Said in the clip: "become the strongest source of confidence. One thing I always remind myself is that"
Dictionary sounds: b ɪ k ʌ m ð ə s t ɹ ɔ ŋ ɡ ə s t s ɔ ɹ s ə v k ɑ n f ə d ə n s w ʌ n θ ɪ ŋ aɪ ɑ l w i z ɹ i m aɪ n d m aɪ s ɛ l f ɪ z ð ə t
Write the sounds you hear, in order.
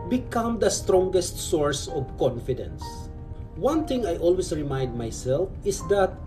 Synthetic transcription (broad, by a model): b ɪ k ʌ m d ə s t ɹ ɔ ŋ ɡ ə s t s ɔ ɹ s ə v k ɑ n f ə d ə n s w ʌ n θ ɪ ŋ aɪ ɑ l w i s ɹ i m aɪ n d m aɪ s ɛ l f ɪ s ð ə t